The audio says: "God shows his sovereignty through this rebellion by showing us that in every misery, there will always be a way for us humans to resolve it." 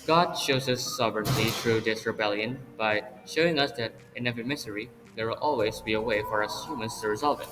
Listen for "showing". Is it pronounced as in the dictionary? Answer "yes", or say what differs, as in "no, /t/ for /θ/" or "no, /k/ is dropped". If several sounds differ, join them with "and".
yes